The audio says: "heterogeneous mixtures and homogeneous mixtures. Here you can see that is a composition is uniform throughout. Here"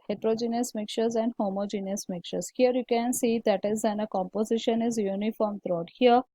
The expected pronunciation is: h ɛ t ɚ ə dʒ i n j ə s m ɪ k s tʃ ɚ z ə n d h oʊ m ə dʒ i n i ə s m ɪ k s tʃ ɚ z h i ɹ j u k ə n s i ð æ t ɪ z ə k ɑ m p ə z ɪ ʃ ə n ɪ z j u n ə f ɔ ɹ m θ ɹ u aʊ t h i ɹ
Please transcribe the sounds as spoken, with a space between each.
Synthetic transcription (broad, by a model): h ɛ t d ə dʒ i n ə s m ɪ k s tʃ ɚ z ə n d h oʊ m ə dʒ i n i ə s m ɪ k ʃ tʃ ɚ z h i ɹ j u k ə n s i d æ t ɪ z ə k ɑ m p ə z ɪ ʃ ə n ɪ z j u n ə f ɔ ɹ m t ɹ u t h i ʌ